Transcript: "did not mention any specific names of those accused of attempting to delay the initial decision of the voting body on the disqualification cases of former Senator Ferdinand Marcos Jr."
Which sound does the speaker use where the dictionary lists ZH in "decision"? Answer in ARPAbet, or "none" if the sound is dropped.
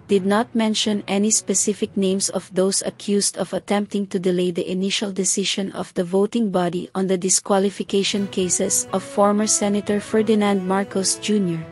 SH